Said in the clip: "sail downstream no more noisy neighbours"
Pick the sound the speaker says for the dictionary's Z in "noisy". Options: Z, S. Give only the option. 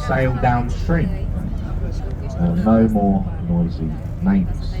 Z